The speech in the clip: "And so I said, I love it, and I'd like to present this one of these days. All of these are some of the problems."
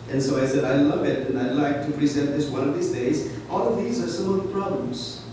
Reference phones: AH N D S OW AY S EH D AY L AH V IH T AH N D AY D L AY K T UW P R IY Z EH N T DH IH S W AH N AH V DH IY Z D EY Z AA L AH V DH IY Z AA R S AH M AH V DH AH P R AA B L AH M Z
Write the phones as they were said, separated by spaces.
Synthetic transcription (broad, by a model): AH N S OW AY S EH D AY L AH V IH T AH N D AY L AY K T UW P R IY Z EH N T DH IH S W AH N AH V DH IY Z D EY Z AA L AH V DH IY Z AA R S AH M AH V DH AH P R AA B L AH M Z